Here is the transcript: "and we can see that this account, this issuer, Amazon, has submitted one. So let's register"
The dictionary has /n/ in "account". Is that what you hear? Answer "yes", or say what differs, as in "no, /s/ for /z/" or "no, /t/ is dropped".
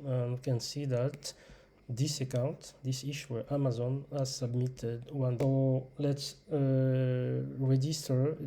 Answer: yes